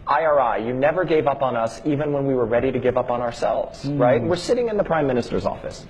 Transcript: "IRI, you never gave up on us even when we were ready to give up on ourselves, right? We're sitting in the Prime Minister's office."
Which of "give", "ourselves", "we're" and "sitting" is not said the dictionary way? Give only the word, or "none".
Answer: none